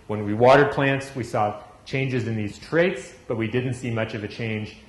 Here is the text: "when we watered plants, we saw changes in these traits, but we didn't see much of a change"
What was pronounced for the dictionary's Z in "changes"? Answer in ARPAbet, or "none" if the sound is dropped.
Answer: Z